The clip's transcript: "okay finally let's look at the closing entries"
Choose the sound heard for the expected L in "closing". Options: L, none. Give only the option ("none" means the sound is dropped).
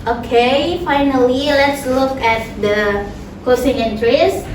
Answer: none